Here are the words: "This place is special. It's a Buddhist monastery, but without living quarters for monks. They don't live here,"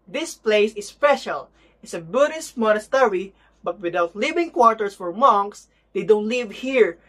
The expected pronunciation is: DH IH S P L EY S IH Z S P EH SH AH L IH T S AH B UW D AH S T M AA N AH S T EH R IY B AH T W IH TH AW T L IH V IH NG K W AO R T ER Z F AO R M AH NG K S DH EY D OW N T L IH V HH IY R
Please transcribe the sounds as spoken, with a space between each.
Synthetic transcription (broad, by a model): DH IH S P L EY S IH S P EH SH AH L IH T S AH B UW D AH S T M AA N AH S T EH R IY B AH T W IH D AW T L IH V IH NG K W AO R T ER S F AO R M AH NG K S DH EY D OW N T L IH V HH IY R